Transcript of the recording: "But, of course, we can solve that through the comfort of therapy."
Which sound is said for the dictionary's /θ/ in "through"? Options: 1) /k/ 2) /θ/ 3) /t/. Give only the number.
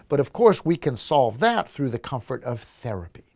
2